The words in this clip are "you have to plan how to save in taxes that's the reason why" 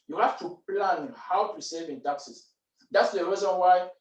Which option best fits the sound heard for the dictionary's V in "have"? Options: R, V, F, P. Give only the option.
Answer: F